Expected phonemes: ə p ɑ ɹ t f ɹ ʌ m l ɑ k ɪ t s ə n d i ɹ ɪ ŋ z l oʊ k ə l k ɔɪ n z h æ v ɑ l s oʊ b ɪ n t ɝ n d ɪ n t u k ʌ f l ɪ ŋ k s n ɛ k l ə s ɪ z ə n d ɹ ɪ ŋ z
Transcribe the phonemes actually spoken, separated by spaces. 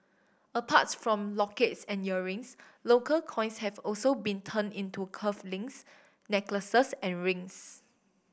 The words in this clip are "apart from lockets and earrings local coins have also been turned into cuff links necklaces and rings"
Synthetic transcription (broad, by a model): ə p ɑ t f ɹ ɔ m l ɑ k ɪ t s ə n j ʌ ɹ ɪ ŋ s l oʊ k ə l k ɔɪ n s h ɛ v ɑ l s oʊ b ɪ n t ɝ n ɪ n t u k ʌ f l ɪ ŋ s n ɛ k l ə s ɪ s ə n ɹ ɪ ŋ s